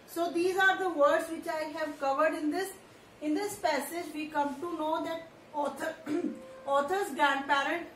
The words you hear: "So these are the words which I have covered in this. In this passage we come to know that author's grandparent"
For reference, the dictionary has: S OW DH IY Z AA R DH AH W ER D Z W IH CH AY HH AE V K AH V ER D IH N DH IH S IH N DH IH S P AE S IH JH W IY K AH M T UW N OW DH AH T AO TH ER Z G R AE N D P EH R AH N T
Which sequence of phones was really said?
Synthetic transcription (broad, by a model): S OW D IY Z AA R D AH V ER D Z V IH CH AY HH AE V K AH V ER D IH N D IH S IH N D IH S P AE S IH JH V IY K AH M T UW N OW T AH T AO T ER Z G R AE N D P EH R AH N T